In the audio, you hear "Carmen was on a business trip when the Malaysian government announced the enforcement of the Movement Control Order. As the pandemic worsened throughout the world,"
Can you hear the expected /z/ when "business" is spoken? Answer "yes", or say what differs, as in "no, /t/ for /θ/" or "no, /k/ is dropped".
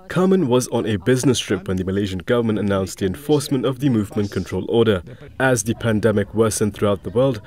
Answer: yes